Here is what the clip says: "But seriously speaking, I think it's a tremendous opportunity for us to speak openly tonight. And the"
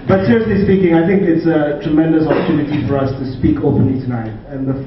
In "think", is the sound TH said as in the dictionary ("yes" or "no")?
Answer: yes